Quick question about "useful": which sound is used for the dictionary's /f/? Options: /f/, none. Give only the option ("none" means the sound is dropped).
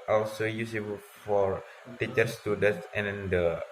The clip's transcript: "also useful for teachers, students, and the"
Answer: none